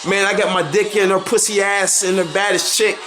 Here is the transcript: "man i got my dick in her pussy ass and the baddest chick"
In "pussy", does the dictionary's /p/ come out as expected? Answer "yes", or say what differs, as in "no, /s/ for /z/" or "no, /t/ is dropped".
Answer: yes